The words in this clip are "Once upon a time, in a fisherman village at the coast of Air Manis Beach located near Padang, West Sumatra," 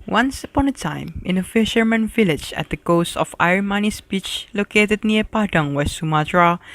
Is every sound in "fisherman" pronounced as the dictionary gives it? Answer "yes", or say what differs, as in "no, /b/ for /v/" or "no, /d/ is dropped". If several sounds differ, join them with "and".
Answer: yes